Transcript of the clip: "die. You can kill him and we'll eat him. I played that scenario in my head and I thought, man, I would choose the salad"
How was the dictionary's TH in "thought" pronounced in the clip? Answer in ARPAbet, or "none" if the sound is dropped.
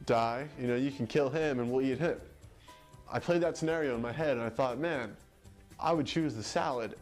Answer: TH